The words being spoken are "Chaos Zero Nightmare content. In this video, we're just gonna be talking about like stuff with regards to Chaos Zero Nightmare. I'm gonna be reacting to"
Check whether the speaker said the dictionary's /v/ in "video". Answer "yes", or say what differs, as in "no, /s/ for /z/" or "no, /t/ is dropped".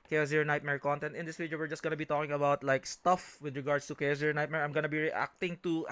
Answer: no, /f/ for /v/